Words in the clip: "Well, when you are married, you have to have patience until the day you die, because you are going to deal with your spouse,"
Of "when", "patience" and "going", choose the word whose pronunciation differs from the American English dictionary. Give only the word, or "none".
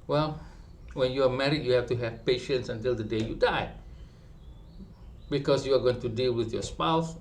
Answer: none